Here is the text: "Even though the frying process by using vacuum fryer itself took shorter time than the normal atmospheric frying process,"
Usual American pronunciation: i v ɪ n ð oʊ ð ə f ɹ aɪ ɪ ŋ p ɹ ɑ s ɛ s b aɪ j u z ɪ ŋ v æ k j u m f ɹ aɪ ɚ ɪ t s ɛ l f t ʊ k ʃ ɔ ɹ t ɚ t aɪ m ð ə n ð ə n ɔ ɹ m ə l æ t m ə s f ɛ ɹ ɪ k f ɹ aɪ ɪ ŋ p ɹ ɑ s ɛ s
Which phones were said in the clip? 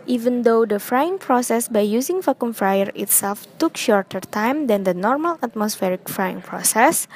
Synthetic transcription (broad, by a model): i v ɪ n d oʊ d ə f ɹ aɪ ɪ ŋ p ɹ ɑ s ɛ s b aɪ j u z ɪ ŋ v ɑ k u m f ɹ aɪ ɚ ɪ t s ɛ l f t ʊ k ʃ ɔ ɹ t ɚ t aɪ m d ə n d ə n ɔ ɹ m ə l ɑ t m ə s f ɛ ɹ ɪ k f ɹ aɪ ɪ ŋ p ɹ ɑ s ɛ s